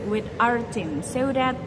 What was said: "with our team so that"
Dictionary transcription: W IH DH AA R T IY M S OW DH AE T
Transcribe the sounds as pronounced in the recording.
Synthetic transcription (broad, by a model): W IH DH AA R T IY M S OW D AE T